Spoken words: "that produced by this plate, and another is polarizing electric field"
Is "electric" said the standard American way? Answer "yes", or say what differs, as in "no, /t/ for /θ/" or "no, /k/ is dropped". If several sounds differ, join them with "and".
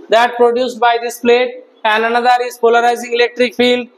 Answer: yes